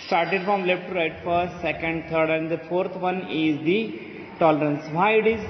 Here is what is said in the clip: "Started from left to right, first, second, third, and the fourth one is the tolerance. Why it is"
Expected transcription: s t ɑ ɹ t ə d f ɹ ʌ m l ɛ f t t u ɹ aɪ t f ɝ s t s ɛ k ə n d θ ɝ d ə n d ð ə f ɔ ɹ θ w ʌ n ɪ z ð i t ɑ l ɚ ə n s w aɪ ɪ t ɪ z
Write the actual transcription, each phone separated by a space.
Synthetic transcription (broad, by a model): s t ɑ ɹ t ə d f ɹ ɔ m l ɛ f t t u ɹ aɪ t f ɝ t s ɛ k ə n d t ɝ d ə n d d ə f ɔ ɹ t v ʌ n ɪ z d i t ɑ l ɚ ə n s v aɪ ɪ t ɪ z